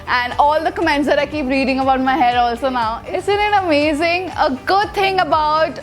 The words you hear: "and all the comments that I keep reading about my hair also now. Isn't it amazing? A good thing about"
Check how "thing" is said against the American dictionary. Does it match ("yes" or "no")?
no